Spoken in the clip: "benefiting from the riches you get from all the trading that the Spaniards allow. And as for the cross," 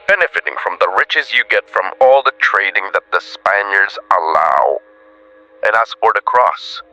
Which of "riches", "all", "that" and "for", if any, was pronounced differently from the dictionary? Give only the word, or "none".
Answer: none